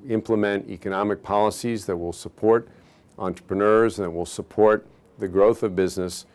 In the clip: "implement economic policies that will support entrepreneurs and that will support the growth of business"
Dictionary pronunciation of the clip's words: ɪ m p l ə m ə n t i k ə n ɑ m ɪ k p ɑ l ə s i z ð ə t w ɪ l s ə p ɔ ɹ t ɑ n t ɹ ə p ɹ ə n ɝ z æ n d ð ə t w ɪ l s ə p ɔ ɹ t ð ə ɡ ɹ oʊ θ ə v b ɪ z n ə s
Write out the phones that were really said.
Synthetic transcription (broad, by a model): ɪ m p l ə m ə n t i k ə n ɑ m ɪ k p ɑ l ə s i z ð ə t w ɪ l s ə p ɔ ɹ t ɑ n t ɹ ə p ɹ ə n ɝ z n ð ə t w ɪ l s ə p ɔ ɹ t ð ə ɡ ɹ oʊ θ ə v b ɪ z n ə s